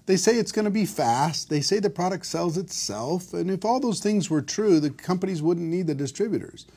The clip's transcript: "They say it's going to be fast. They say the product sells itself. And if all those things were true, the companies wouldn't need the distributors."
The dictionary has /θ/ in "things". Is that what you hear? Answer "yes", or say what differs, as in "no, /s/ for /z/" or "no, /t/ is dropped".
yes